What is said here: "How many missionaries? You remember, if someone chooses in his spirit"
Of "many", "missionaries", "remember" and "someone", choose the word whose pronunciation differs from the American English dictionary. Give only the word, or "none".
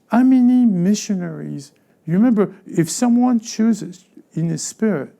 none